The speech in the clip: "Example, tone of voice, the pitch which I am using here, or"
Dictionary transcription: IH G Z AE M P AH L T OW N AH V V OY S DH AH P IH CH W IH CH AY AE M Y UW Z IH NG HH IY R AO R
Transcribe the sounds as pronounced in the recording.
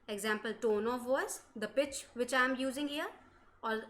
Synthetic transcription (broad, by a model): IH G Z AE M P AH L T OW N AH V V OY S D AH P IH CH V IH CH AY M Y UW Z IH NG HH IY R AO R